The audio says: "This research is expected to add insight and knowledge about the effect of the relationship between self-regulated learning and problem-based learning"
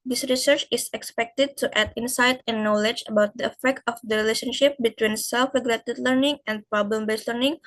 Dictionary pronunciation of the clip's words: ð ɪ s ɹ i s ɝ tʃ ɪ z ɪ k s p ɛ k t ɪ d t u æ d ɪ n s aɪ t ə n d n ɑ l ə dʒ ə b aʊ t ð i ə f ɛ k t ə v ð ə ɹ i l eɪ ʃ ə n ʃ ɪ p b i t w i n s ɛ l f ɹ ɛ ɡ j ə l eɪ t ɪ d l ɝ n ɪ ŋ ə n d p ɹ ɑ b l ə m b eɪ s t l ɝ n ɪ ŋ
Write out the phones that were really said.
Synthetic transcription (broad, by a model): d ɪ s ɹ i s ɝ tʃ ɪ s ɪ k s p ɛ k t ɪ d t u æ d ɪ n s aɪ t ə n n ɑ l ə dʒ ə b aʊ t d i ə f ɛ k t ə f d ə ɹ i l eɪ ʃ ə n ʃ ɪ p b i t w i n s ɛ l f ɹ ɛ ɡ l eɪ t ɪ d l ɝ n ɪ ŋ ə n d p ɹ ɑ b l ə m b eɪ s t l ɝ n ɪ ŋ